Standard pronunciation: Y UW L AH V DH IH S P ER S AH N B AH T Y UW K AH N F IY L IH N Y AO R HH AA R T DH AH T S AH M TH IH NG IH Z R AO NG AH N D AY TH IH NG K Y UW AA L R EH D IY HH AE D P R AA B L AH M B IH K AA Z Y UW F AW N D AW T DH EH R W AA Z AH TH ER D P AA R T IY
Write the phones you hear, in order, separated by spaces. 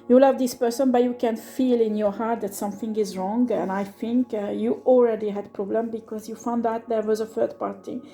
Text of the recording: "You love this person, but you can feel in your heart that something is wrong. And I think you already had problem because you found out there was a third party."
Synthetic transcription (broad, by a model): Y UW L AH V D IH S P ER S AH N B AH T Y UW K AH N F IY L IH N Y AO R HH AA R T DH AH T S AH M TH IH NG IH Z R AO NG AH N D AY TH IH NG K Y UW AA L R EH D IY HH AE D P R AA B L AH M B IH K AA Z Y UW F AW N D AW T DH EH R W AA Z AH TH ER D P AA R T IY